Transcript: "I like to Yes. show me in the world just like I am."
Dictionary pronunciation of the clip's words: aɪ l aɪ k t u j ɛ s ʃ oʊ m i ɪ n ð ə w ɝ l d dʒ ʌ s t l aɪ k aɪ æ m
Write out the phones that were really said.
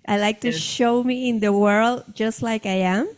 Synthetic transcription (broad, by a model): aɪ l aɪ k t u ʃ oʊ m i ɪ n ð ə w ɝ l d dʒ ʌ s t l aɪ k aɪ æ m